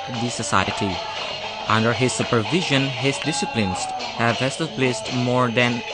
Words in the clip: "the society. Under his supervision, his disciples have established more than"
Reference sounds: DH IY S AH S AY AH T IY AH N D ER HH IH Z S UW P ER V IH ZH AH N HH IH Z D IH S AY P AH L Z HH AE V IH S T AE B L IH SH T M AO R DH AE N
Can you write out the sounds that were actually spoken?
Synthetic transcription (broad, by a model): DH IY S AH S AY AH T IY AH N D ER HH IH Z S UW P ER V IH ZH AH N HH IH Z D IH S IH P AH N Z HH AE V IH S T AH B L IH S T M AO R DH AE N